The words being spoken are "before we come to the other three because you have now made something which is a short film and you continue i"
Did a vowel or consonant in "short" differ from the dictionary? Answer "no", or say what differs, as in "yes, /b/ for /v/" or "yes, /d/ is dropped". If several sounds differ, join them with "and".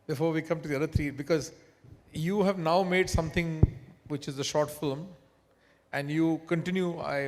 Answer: no